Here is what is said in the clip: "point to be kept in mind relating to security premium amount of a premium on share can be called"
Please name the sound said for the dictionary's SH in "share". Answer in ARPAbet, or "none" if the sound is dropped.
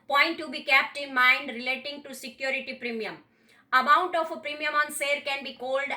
S